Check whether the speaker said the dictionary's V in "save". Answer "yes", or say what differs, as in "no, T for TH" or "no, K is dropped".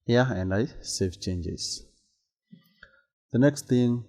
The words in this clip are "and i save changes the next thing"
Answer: no, F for V